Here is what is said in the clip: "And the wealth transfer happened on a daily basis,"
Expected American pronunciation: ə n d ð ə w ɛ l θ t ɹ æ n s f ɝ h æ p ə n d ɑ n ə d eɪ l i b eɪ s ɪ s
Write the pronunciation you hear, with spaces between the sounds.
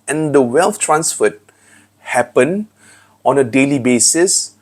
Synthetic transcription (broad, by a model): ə n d ə w ɛ l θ t ɹ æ n s f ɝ h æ p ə n ɑ n ə d eɪ l i b eɪ s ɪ s